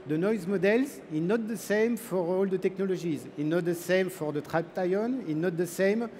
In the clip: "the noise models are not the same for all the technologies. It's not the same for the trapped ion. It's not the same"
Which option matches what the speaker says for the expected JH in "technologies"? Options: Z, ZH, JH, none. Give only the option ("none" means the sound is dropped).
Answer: ZH